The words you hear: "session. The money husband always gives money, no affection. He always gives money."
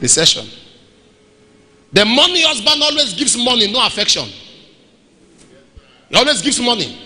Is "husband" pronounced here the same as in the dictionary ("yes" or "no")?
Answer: no